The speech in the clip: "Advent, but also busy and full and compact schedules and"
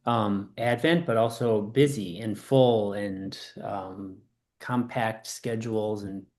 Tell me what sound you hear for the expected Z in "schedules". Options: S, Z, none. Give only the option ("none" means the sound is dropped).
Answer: Z